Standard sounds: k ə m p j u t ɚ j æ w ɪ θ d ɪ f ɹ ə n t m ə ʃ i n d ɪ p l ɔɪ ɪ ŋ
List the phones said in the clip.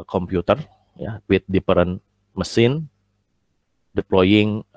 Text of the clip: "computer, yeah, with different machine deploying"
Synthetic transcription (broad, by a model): k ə m p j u t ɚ j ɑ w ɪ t d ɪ p ɹ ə n m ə s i n d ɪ p l ɔɪ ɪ ŋ